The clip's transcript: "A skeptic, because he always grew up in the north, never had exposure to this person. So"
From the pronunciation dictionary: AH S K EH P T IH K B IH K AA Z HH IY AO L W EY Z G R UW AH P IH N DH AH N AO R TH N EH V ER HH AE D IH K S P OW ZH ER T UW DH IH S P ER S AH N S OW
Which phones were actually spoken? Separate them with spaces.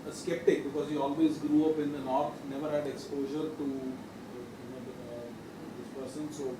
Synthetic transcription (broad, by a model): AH S K EH P T IH K B IH K AA Z HH IY AO L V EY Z G R UW AH P IH N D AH N AO R T N EH V ER HH AE D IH K S P OW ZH ER T UW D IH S P ER S AH N S OW